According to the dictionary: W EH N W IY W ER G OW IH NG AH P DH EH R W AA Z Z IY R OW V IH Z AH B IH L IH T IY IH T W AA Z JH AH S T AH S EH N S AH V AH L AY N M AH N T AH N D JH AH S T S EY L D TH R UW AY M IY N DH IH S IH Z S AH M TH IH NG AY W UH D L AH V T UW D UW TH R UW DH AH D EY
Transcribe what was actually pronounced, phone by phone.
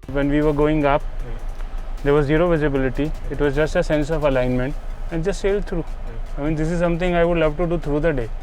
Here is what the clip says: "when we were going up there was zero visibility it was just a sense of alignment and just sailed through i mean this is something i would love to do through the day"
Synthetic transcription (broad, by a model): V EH N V IY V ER G OW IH NG AH P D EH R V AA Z Z IY R OW V IH Z AH B IH L IH T IY IH T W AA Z JH AH S T AH S EH N S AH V AH L AY N M AH N T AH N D JH AH S T S EY L D T R UW AY M IY N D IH S IH Z S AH M T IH NG AY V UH D L AH V T UW D UW T R UW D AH D EY